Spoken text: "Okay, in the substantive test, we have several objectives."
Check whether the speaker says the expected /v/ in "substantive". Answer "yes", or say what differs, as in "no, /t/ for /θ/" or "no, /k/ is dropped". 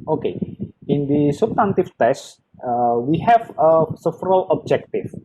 no, /f/ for /v/